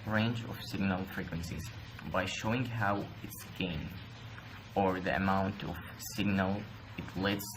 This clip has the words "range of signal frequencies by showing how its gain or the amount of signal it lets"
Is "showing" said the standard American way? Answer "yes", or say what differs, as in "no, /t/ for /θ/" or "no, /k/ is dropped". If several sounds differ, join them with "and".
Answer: yes